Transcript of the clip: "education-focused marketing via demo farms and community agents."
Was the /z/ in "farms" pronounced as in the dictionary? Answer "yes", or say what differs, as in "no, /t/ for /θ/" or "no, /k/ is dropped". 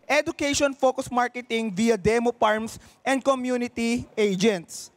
no, /s/ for /z/